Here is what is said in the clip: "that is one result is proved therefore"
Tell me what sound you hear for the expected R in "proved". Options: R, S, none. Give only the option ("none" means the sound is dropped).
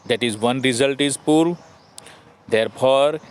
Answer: none